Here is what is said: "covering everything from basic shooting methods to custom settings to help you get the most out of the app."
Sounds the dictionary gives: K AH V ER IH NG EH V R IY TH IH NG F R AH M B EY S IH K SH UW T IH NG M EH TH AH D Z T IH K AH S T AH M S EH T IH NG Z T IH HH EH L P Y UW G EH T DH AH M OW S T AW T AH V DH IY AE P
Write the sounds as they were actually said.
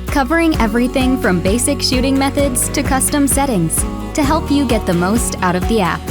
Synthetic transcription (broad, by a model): K AH V ER IH NG EH V R IY TH IH NG F R AH M B EY S IH K SH UW T IH NG M EH TH AH D Z T IH K AH S T AH M S EH T IH NG Z T IH HH EH L P Y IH G EH T DH AH M OW S T AW T AH V DH IY AE P